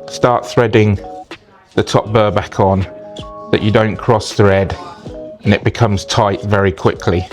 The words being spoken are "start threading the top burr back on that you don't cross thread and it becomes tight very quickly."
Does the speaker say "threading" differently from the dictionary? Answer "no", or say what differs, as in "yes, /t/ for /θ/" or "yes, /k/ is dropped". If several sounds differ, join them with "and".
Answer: no